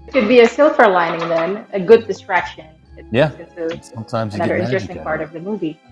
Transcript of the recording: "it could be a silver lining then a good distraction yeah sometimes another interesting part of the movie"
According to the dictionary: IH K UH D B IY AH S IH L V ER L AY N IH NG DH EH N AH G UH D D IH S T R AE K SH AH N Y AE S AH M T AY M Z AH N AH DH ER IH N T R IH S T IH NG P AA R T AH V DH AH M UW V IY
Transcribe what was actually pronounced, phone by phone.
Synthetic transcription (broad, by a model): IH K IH D B IY AH S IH L F ER L AY N IH NG DH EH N AH G UH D D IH S T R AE K SH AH N Y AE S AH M T AY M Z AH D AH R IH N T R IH S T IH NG P AA R T AH V DH AH M UW V IY